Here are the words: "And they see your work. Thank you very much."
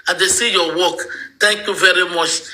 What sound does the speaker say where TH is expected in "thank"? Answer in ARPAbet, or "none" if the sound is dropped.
T